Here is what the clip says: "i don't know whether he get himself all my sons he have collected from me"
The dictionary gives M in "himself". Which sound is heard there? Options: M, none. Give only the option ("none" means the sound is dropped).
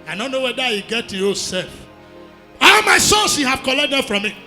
none